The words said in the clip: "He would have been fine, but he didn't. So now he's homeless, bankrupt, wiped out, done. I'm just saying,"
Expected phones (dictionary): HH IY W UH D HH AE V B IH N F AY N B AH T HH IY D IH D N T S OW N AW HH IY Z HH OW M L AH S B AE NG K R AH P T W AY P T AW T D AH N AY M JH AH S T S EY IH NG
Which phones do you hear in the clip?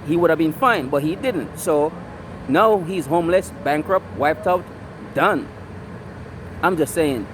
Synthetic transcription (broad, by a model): HH IY W UH D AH V B IH N F AY N B AH T HH IY D IH D N T S OW N AW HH IY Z HH OW M L AH S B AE NG K R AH P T W AY P T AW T D AH N AY M JH AH S T S EY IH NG